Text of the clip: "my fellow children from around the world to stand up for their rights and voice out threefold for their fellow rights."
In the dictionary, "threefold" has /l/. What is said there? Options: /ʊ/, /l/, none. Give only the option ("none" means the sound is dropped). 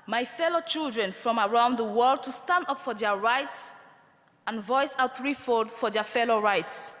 none